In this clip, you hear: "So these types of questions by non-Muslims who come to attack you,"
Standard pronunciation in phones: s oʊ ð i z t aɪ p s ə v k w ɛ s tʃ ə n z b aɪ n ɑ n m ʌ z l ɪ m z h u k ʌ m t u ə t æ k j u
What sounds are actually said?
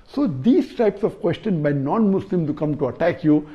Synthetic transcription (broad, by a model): s oʊ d i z t aɪ p s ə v k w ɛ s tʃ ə n b aɪ n ɑ n m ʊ s l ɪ m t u k ʌ m t u ə t æ k j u